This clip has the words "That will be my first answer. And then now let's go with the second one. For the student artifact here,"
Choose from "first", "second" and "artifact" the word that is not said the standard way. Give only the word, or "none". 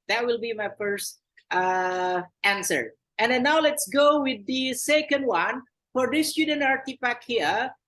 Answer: artifact